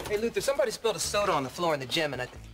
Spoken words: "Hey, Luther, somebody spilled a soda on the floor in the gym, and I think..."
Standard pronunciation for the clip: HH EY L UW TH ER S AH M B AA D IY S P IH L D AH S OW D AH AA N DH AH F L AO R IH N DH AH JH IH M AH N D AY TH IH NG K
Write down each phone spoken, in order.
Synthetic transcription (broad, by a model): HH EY L UW TH ER S AH M B AA D IY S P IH L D AH S OW D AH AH N DH AH F L AO R IH N DH AH JH IH M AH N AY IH